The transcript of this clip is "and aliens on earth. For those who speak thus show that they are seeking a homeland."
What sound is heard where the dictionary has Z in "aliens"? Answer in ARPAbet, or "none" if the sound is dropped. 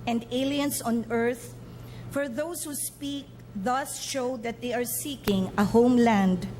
S